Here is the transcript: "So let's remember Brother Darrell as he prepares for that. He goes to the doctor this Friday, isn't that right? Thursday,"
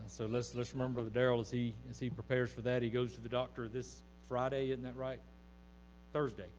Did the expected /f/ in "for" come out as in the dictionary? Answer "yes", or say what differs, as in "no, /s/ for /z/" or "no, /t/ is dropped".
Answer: yes